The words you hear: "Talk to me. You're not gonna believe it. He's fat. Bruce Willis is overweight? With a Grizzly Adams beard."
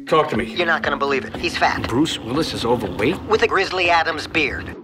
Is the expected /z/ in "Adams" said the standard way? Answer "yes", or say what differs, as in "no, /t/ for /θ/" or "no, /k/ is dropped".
yes